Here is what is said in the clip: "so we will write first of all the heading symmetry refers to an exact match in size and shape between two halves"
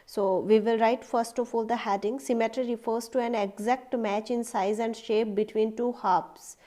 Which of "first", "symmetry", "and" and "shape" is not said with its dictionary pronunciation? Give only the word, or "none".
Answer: none